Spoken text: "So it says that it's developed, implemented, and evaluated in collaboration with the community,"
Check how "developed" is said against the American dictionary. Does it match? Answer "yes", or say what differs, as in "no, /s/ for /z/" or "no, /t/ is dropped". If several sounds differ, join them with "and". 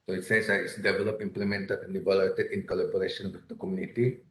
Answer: no, /t/ is dropped